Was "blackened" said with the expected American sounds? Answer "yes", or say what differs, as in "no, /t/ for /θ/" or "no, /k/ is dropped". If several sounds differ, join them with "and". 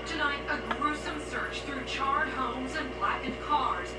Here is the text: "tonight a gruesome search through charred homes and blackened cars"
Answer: no, /n/ is dropped